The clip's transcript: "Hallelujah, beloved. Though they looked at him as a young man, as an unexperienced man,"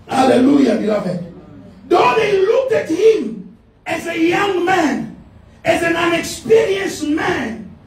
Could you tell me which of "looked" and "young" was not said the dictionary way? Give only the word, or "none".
none